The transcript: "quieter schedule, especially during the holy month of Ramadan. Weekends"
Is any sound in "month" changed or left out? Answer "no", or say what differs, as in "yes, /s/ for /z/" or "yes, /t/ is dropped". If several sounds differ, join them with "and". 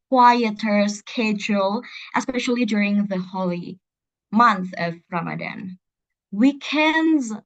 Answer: no